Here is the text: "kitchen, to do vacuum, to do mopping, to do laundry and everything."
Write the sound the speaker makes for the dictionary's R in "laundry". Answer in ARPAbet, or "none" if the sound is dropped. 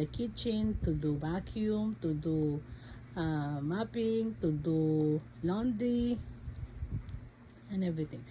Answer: none